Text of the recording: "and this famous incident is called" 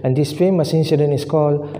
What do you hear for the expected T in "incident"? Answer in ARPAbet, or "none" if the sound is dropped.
none